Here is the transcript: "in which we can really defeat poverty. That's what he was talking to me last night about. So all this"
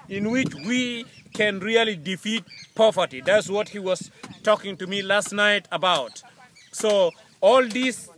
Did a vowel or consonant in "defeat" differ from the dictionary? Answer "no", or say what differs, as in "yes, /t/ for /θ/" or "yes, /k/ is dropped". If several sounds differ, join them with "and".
no